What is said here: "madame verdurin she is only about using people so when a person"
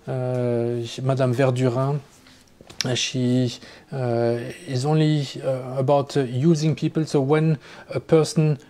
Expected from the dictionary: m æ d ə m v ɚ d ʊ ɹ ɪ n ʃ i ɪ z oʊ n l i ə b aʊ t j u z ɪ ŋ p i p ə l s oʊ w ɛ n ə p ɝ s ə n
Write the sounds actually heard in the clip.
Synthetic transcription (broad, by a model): m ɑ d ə m v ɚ d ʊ ɹ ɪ ʃ i ɪ z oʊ n l i ə b aʊ t j u z ɪ ŋ p i p ə l s oʊ w ɛ n ə p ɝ s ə n